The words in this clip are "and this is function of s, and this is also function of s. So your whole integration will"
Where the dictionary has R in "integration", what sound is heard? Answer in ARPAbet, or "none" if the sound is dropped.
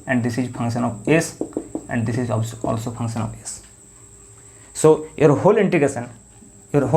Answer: none